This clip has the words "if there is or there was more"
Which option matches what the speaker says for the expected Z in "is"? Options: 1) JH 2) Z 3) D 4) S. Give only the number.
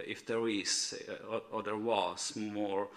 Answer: 4